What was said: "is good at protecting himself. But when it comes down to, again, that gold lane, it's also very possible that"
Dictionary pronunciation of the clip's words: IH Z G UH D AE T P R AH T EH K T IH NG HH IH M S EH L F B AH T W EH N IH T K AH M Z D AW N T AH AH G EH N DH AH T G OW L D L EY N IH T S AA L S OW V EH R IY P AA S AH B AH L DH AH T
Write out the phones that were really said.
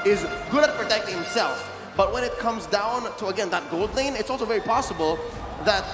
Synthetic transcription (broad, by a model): IH Z G UH D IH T P R AH T EH K T IH NG HH IH M S EH L F B AH T W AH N IH T K AH M Z D AW N T AH AH G EH N DH AH T G OW L D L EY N IH T S AA L S OW V EH R IY P AA S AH B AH L DH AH T